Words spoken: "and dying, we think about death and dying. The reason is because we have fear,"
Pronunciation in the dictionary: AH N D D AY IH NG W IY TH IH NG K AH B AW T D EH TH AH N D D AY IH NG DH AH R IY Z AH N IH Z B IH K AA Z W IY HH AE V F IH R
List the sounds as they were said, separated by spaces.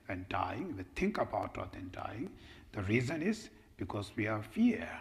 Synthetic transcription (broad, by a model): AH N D D AY IH NG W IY T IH NG K AH B AW T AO T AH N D D AY IH NG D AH R IY Z AH N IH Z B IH K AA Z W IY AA F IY